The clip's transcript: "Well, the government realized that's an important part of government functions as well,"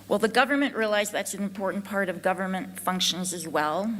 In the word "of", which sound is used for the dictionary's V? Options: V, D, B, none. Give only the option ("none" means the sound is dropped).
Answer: V